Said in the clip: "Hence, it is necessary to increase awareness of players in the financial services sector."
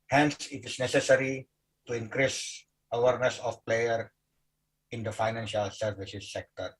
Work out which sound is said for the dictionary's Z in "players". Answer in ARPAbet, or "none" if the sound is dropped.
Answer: none